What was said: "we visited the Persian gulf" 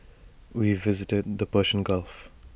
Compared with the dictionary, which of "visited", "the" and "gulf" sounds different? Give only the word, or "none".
none